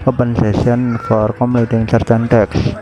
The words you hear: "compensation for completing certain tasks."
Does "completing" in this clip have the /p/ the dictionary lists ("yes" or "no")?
no